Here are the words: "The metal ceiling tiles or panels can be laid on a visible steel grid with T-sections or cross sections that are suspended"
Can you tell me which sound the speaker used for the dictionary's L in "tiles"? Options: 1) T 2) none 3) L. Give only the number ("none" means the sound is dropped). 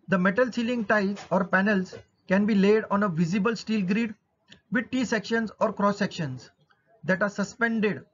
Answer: 2